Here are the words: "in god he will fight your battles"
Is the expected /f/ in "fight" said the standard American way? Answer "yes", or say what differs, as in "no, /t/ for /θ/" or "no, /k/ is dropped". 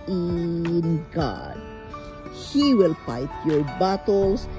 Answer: no, /p/ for /f/